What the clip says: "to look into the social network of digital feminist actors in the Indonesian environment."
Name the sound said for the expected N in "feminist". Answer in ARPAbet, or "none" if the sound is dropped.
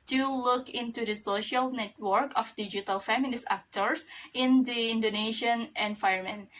L